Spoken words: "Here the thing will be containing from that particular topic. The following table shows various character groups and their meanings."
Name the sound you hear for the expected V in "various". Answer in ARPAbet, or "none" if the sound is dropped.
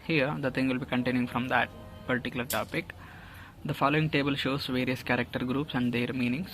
V